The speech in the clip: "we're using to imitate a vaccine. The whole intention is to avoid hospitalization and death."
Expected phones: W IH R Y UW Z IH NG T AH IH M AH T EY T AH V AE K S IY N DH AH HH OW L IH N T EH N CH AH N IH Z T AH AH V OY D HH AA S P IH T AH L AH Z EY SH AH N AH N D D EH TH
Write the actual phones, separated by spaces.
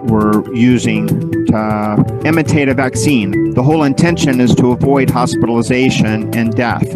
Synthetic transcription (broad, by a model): W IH R Y UW Z IH NG T AH IH M AH T EY T AH V AE K S IY N DH AH HH OW L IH N T EH N SH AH N IH Z T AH AH V OY D HH AA S P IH T L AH Z EY SH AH N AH N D D EH TH